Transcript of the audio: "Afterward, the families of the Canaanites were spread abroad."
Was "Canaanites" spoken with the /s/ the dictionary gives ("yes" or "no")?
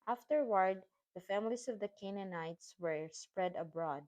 yes